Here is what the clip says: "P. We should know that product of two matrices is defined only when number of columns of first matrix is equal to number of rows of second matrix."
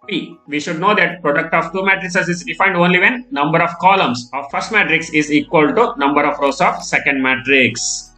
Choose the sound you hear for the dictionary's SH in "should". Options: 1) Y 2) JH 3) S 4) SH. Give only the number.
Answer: 4